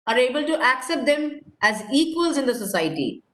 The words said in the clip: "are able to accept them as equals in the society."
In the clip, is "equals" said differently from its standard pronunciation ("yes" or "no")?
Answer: no